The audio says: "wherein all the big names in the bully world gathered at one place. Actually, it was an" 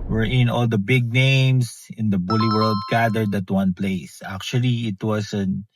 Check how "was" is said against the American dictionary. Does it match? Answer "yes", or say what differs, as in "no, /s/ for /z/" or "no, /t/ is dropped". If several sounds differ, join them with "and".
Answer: no, /s/ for /z/